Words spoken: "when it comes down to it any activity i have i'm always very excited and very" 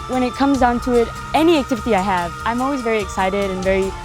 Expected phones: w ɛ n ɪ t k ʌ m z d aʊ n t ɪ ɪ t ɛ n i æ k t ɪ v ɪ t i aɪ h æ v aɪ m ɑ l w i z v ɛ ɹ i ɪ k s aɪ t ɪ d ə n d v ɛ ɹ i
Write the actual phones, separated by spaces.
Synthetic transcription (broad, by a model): w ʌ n ɪ t k ʌ m z d aʊ n t ɪ ɪ t ɛ n i æ k t ɪ v ɪ t i aɪ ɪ v aɪ m ɑ l w i z v ɛ ɹ i ɪ k s aɪ t ɪ d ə n v ɛ ɹ i